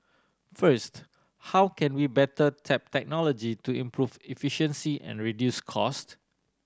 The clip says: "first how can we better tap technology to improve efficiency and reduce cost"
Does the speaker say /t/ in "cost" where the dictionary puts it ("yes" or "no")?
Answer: yes